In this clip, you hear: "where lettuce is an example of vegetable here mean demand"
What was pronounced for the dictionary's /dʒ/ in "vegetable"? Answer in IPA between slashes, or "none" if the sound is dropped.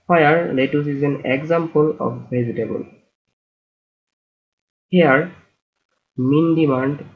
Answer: /z/